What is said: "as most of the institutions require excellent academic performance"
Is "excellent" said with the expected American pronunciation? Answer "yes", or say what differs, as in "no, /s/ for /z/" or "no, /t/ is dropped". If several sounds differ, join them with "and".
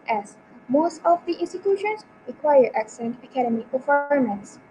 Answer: no, /l/ is dropped